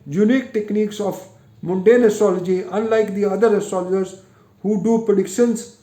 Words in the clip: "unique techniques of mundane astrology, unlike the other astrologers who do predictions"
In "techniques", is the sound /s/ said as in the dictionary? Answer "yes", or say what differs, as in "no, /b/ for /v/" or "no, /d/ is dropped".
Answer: yes